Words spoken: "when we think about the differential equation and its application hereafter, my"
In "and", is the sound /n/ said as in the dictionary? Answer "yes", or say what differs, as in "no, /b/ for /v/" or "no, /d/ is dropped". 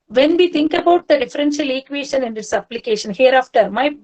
yes